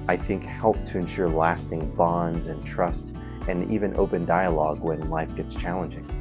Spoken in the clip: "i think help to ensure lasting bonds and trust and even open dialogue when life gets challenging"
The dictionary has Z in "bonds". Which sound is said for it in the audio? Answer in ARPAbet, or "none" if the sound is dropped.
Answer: Z